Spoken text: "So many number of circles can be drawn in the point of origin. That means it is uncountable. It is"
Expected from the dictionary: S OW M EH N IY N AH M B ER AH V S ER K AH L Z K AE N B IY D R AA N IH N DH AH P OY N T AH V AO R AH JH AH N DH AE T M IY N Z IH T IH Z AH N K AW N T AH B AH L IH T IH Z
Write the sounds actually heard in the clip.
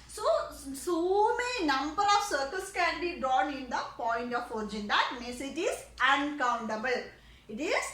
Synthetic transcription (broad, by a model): S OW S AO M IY N AH M B ER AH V S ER K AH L S K AE N B IY D R AA N IH N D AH P OY N T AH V AO R AH JH AH N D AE T M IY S IH T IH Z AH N K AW N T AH B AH L IH T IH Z